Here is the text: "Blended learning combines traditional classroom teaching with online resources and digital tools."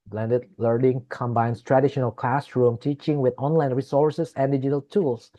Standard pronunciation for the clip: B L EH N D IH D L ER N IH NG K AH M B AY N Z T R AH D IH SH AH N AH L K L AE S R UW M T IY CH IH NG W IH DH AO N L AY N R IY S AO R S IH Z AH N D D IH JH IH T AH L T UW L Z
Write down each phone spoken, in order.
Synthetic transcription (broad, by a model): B L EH N D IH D L ER N IH NG K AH M B AY N S T R AH D IH SH AH N AH L K L AE S R UW M T IY CH IH NG W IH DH AO N L AY N R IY S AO R S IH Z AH N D D IH JH IH T AH L T UW L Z